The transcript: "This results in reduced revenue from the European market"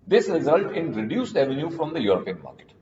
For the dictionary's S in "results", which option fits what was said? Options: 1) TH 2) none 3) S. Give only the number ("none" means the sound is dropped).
2